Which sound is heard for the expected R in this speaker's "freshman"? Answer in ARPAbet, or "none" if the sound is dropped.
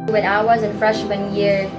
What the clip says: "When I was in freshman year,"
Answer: R